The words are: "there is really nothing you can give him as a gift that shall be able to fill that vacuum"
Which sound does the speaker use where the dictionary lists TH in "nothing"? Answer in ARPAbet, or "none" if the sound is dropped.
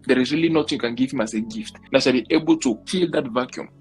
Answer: T